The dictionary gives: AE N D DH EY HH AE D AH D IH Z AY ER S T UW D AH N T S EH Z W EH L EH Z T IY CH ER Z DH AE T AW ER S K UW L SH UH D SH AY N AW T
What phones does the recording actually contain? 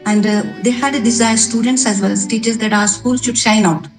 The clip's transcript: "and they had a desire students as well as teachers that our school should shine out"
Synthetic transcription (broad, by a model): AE N D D EY HH AE D AH D IH Z AY ER S T UW D AH N T S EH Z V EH L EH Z T IY CH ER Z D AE T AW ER S K UW L SH UH D SH AY N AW T